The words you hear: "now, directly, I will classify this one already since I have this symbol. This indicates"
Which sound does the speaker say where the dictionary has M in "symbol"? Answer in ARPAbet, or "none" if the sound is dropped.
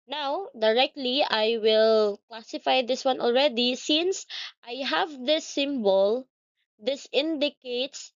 M